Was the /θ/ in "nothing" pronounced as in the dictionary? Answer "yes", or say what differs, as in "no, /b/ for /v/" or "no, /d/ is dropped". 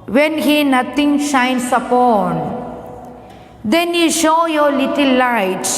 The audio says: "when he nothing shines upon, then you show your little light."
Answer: no, /t/ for /θ/